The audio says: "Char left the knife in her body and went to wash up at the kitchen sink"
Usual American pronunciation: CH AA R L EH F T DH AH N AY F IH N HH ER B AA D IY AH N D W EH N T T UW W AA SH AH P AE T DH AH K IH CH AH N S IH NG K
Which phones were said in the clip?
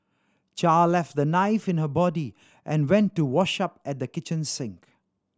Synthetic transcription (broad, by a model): CH AA L L EH F T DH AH N AY F IH N HH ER B AA D IY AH N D W EH N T T UW W AA SH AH P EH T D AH K IH CH AH N S IH NG K